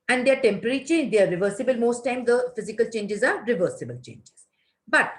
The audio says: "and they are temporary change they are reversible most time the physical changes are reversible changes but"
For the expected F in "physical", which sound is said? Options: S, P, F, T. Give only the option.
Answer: F